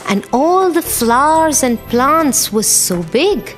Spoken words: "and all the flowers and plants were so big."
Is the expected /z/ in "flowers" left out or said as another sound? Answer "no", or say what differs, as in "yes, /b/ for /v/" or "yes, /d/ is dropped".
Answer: no